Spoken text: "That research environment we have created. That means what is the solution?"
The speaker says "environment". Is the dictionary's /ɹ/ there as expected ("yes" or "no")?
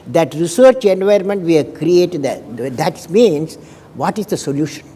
no